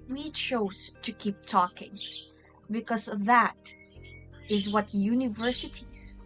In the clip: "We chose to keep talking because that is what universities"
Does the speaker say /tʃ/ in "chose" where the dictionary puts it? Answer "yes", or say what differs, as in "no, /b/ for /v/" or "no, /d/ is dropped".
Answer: yes